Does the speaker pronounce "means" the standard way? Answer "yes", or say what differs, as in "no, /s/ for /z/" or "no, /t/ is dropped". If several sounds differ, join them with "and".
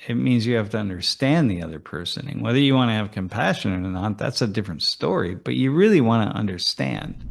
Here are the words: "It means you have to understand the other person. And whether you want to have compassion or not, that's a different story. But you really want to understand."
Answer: yes